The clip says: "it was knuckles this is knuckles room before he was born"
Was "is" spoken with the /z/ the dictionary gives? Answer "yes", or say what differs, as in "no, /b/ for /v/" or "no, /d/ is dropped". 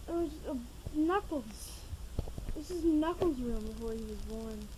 no, /s/ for /z/